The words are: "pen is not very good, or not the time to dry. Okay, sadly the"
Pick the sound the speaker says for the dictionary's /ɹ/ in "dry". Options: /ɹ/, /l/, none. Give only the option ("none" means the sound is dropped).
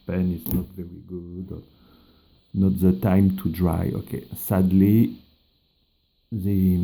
/ɹ/